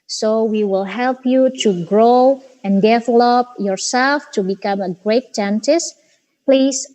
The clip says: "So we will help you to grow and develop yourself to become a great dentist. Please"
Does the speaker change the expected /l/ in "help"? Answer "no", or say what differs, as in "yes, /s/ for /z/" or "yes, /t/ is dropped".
no